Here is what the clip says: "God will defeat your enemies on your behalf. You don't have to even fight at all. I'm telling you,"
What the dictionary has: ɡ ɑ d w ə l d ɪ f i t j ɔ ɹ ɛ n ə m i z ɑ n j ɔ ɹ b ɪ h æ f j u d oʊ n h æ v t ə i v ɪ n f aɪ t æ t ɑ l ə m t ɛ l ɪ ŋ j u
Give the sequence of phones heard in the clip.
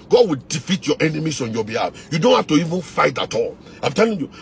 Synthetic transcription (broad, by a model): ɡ ɑ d w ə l d ɪ f i t j ɔ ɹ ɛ n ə m i s ɑ n j ɔ b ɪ h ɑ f j u d oʊ n h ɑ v t ə i v ɪ n f aɪ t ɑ t ɑ l ə m t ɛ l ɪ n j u